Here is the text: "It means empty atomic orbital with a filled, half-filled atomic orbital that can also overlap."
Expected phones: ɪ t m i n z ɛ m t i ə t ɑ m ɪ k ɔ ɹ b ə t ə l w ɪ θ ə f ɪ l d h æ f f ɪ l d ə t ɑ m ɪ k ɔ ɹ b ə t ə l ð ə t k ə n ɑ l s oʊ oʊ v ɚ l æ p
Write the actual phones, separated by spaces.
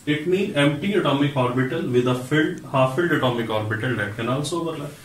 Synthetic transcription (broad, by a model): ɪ t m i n ɛ m t i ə t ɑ m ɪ k ɔ ɹ b ə t ə l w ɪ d ə f ɪ l d h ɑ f f ɪ l d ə t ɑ m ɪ k ɔ ɹ b ə t ə l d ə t k ə n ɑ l s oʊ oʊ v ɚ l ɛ